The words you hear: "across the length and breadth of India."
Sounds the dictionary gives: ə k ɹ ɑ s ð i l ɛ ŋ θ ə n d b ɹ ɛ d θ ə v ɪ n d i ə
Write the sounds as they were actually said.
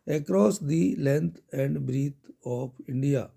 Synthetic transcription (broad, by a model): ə k ɹ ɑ s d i l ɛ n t ə n d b ɹ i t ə p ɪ n d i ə